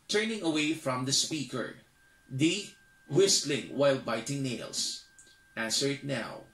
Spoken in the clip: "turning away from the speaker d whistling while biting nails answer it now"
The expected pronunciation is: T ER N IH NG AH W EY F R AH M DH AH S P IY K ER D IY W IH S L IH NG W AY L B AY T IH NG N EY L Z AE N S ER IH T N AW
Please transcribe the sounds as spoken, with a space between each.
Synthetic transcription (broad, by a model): T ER N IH NG AH W EY F R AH M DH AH S P IY K ER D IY W IH S L IH NG W AY L B AY T IH NG N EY L S AE N S ER IH T N AW